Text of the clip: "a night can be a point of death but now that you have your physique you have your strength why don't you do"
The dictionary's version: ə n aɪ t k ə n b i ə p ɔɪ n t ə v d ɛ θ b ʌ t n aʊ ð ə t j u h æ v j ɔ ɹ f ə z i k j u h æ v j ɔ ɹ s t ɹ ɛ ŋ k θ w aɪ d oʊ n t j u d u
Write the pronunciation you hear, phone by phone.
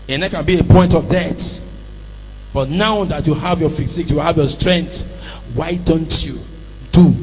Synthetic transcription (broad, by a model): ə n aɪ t k ə n b i ə p ɔɪ n t ə v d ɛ t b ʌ t n aʊ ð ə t j u h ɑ v j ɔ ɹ f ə s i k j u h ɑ v j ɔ s t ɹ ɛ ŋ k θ w aɪ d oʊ n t j u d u